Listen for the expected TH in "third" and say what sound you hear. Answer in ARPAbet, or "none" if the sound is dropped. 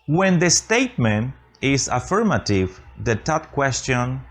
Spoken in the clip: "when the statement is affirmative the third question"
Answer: T